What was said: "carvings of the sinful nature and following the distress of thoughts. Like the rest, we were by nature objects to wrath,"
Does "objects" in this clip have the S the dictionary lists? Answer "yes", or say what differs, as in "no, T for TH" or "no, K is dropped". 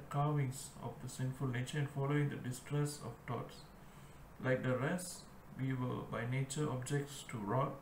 yes